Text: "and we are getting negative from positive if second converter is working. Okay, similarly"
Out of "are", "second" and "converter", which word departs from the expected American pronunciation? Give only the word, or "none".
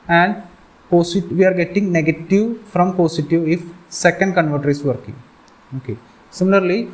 none